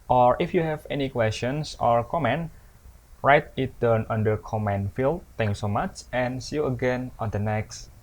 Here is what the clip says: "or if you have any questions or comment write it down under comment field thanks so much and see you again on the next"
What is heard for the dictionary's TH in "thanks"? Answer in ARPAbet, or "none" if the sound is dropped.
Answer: T